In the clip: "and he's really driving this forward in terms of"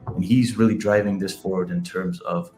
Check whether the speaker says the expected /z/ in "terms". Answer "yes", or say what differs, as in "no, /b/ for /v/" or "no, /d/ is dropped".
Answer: yes